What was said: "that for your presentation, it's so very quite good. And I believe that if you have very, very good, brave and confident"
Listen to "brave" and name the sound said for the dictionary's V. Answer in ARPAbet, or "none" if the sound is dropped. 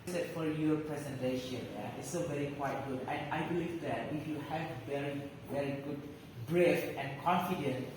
F